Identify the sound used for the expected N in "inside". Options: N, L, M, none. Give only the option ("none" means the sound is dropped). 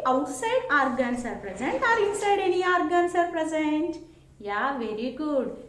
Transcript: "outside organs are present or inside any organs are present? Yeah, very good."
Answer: none